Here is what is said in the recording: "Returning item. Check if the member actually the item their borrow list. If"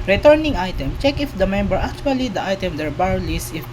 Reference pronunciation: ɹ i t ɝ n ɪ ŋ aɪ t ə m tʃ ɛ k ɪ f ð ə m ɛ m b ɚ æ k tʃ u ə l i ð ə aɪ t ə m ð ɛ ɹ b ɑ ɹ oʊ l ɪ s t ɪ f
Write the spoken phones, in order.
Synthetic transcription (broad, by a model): ɹ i t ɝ n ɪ ŋ aɪ t ə m tʃ ɛ k ɪ f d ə m ɛ m b ɚ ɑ k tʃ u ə l i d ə aɪ t ə m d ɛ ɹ b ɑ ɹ l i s ɪ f